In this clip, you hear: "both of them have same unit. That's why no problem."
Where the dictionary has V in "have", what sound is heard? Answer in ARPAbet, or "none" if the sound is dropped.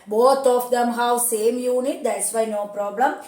W